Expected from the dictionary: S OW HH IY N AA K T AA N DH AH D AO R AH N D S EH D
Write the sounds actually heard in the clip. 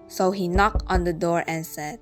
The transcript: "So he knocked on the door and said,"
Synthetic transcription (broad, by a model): S OW HH IY N AA K T AA N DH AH D AO R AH N S EH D